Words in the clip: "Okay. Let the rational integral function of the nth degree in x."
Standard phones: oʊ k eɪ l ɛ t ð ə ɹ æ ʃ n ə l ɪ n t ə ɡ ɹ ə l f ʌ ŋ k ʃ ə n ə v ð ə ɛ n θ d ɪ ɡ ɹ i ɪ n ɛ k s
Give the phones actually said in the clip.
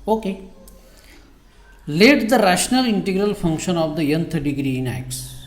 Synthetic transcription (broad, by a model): oʊ k eɪ l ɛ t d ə ɹ æ ʃ n ə l ɪ n t ə ɡ ɹ ə l f ʌ ŋ k ʃ ə n ə v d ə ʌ n t d ɪ ɡ ɹ i ɪ n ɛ k s